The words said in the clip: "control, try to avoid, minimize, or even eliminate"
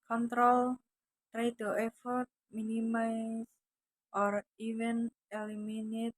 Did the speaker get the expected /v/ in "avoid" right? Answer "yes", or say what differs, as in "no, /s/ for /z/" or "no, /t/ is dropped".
no, /f/ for /v/